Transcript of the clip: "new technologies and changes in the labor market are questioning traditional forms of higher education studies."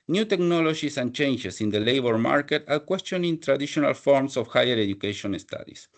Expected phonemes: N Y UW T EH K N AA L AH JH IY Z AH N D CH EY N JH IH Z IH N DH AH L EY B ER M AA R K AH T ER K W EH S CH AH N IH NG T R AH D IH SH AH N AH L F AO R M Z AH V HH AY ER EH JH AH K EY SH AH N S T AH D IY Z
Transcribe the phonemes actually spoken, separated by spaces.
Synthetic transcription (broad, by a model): N Y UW T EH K N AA L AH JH IY S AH N CH EY N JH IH S IH N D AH L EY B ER M AA R K AH T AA K W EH S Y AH N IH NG T R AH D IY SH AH N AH L F AO R M S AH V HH AY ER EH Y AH K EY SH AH N S T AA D IY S